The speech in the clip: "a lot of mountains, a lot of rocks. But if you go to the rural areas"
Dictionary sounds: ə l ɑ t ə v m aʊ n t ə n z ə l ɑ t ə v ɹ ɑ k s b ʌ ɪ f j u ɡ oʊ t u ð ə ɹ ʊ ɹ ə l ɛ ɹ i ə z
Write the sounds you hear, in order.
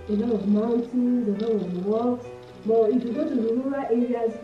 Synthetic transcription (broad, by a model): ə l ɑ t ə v m aʊ n t ə n z ə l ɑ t ə v w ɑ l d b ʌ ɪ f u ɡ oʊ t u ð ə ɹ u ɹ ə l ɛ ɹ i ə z